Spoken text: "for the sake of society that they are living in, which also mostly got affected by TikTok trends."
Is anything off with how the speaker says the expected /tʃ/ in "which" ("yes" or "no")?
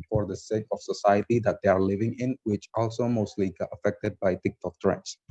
no